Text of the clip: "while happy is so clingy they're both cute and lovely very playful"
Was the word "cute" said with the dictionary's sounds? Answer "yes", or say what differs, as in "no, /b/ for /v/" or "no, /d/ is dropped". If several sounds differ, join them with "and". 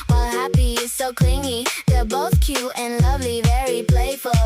no, /t/ is dropped